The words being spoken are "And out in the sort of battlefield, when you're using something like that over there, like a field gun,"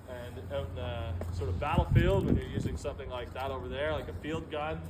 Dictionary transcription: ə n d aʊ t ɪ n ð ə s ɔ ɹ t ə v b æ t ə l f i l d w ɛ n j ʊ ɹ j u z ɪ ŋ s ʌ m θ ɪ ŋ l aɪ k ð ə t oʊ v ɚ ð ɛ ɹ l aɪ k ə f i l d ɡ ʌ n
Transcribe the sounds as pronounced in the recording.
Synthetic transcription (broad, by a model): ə n ɪ n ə s ɔ ɹ t ə v b æ t l f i l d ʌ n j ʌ ɹ j u z ɪ ŋ s ʌ m θ ɪ ŋ l aɪ k ð ə t oʊ v ɚ ð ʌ ɹ l aɪ k ə f i l d ɡ ʌ n